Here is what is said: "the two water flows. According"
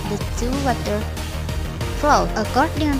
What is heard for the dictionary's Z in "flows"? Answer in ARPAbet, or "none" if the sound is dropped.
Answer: none